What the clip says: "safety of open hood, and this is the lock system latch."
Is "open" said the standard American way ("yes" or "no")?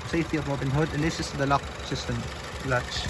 no